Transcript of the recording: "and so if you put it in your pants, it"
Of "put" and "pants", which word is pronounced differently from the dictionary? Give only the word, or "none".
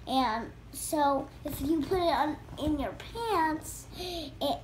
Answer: none